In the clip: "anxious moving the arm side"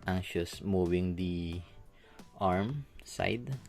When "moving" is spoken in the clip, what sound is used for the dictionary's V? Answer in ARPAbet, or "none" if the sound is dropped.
W